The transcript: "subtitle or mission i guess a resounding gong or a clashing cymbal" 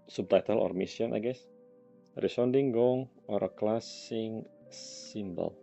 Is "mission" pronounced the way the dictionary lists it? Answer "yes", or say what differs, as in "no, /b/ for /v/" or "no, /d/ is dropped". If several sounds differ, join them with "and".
no, /s/ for /ʃ/